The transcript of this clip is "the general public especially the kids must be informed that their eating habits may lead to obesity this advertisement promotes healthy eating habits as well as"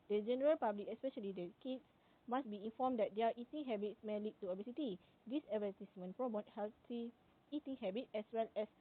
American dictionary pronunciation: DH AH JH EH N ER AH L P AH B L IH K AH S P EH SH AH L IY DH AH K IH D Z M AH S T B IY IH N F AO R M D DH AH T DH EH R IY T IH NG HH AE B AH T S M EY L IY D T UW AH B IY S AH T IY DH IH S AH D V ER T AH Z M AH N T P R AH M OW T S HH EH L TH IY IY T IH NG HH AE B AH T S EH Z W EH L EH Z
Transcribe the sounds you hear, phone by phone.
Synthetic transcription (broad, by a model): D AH JH EH N ER AH L P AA B L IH K AH S P EH SH AH L IY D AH K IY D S M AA S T B IY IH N F AO M D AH T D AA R IY T IH NG HH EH B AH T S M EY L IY T UW AH B IY S AH T IY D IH S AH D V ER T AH S M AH N P R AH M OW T HH EH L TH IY IY T IH NG HH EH B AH T EH S W EH L EH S